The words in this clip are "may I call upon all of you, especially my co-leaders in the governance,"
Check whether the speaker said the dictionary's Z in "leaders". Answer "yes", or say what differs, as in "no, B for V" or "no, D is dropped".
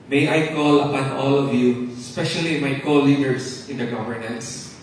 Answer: no, S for Z